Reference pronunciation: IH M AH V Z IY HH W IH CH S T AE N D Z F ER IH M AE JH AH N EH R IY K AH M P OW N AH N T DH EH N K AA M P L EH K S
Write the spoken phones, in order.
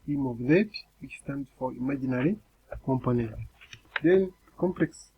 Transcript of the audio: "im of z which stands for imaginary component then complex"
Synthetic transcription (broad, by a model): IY M AH V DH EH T W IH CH S T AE N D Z F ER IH M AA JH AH N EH R IY K AH M P OW N AH N T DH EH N K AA M P L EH K S